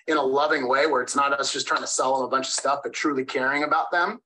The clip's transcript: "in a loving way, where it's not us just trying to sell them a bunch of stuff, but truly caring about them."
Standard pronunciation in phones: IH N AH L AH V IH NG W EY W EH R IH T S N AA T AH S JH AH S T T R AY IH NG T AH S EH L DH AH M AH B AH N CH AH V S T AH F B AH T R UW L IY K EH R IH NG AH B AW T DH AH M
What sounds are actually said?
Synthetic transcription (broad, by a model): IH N AH L AH V IH NG W EY W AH R IH T S N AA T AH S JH AH S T T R AY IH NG T AH S EH L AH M AH B AH N CH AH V S T AH F B AH T R UW L IY K EH R IH NG AH B AW T DH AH M